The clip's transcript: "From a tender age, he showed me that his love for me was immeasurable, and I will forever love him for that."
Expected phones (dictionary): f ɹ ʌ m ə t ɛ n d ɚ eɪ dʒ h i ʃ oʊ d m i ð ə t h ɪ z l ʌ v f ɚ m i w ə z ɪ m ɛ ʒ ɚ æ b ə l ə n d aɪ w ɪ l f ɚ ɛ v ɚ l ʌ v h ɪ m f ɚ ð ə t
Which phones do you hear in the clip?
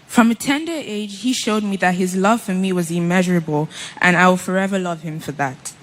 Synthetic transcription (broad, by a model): f ɹ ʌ m ə t ɛ n d ɚ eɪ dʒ h i ʃ oʊ d m i ð ə t h ɪ z l ʌ v f ɚ m i w ə z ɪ m ɛ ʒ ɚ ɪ b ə l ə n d aɪ w ɪ l f ɚ ɛ v ɚ l ʌ v h ɪ m f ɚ ð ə t